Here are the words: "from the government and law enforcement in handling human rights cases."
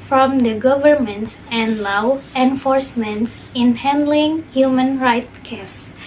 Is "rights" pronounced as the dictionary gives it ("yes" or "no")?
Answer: no